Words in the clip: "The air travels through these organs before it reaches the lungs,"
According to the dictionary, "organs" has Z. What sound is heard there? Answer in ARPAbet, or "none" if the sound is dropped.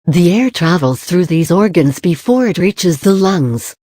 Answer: Z